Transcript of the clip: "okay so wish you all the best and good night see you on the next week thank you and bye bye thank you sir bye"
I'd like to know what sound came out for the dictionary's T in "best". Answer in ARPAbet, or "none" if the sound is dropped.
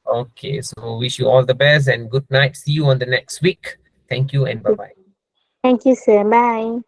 none